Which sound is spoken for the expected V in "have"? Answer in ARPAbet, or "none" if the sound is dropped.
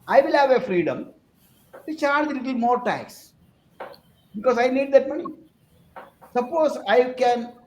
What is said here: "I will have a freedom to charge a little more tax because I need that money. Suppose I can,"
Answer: V